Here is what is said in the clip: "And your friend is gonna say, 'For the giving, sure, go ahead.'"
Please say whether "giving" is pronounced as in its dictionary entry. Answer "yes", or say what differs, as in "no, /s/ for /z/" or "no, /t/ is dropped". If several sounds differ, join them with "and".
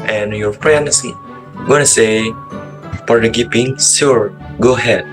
no, /p/ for /v/